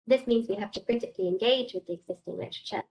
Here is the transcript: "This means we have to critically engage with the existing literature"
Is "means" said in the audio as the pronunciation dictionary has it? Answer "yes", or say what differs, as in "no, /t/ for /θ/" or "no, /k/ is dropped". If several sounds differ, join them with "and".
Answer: yes